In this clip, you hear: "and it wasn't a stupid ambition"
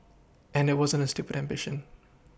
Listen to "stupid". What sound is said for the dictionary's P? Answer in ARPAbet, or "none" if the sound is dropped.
P